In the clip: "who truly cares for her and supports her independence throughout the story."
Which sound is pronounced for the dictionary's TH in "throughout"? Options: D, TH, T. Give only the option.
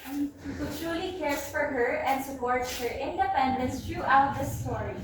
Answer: T